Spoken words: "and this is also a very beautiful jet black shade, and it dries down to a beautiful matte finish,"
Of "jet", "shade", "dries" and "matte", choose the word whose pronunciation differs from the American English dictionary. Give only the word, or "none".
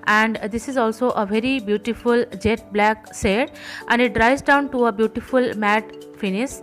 shade